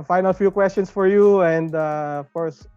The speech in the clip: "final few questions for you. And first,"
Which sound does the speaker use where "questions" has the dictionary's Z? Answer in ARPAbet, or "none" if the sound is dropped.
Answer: S